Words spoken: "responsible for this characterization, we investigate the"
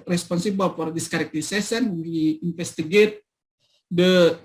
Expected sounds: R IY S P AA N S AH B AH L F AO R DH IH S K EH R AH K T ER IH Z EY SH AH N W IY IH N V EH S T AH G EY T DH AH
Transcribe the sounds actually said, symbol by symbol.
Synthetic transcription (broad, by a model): R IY S P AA N S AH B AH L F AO R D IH S K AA R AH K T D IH S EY S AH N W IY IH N F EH S T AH G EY T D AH